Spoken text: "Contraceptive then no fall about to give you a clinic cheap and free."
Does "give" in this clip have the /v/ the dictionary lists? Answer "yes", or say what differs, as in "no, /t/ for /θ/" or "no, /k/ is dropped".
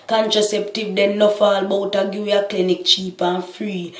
no, /w/ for /v/